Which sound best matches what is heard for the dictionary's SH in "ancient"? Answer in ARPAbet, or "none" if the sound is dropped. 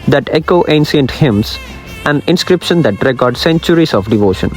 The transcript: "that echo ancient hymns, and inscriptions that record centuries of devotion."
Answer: S